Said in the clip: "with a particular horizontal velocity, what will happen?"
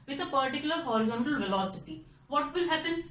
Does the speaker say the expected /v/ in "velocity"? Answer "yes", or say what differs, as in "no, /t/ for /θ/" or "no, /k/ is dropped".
yes